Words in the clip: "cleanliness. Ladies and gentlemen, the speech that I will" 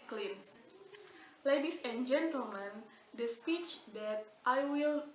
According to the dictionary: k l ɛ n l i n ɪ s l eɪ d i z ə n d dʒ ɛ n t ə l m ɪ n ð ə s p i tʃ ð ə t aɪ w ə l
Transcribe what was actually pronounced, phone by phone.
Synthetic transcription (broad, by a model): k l l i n s l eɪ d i s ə n dʒ ɛ n t ə l m ɪ n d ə s p i tʃ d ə t aɪ w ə l